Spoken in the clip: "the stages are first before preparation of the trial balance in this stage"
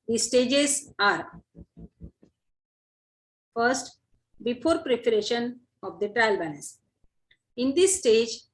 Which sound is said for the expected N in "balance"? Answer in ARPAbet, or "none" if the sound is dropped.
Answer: none